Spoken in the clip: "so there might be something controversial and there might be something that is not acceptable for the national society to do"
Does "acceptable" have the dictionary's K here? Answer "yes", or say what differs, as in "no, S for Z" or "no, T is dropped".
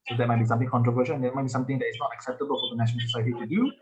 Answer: yes